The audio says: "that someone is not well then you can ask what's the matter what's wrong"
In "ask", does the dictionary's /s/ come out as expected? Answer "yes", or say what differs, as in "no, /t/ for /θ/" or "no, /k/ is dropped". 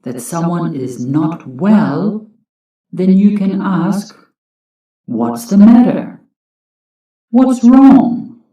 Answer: yes